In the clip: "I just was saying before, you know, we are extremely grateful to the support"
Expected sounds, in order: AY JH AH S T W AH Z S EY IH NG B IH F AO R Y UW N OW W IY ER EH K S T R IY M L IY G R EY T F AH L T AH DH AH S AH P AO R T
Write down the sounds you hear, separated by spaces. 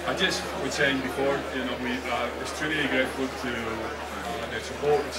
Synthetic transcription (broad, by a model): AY JH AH S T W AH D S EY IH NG B IH F AO R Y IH N OW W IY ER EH S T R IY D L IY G R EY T F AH L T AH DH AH S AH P AO R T